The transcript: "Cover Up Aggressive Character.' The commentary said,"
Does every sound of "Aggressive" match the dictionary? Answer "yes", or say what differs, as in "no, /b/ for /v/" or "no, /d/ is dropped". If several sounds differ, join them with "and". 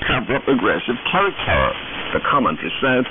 yes